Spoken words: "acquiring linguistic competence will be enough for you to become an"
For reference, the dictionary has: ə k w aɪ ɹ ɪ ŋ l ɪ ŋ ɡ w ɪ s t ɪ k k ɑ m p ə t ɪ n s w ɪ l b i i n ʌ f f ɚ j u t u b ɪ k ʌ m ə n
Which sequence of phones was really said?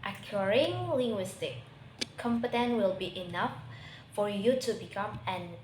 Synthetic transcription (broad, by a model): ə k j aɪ ɹ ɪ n l ɪ ŋ ɡ w ɪ s t ɪ k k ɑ m p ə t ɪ n w ɪ l b i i n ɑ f f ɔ j u t u b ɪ k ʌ m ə n